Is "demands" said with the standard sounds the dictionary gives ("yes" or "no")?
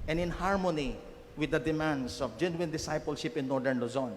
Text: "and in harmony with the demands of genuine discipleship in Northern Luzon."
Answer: no